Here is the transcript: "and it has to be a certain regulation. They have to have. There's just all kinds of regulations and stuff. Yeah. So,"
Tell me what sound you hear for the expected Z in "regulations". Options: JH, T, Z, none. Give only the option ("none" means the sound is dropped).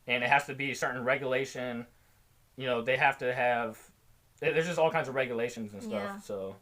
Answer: Z